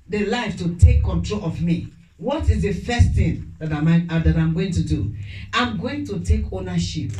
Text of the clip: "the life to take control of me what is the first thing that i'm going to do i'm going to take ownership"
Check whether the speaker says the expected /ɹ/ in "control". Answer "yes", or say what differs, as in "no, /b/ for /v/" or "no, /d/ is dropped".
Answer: yes